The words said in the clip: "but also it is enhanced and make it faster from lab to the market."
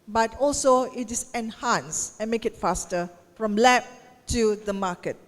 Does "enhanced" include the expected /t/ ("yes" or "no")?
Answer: no